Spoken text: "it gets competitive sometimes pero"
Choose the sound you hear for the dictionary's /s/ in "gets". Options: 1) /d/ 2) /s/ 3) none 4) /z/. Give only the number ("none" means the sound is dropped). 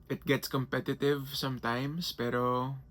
2